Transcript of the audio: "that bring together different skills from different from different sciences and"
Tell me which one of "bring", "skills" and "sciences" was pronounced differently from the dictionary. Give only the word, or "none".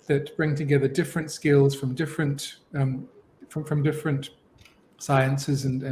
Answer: none